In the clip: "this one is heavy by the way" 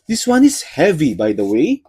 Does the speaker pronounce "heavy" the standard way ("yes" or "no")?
yes